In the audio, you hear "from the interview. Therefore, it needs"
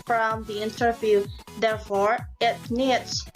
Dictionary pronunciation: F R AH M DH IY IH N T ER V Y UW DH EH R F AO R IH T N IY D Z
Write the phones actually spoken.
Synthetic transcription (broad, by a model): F R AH M DH IY IH N T ER V Y UW DH EH R F AO R IH T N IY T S